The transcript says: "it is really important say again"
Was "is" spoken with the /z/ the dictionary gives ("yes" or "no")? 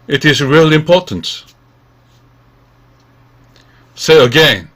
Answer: yes